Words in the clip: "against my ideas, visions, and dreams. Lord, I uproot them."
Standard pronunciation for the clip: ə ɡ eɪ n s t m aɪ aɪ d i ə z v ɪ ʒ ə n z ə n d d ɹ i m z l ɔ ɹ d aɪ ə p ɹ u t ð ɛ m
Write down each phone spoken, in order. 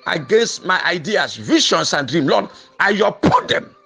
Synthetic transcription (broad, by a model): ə ɡ eɪ n s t m aɪ aɪ d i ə s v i ʃ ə n s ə n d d ɹ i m l ɔ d aɪ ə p u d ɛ m